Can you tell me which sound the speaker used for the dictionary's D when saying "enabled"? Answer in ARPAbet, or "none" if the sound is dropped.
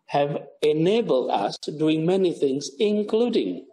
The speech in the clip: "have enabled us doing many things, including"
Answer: D